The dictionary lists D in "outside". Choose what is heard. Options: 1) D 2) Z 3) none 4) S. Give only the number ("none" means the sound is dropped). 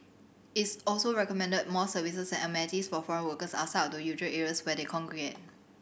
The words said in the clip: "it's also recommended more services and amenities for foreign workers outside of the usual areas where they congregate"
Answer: 3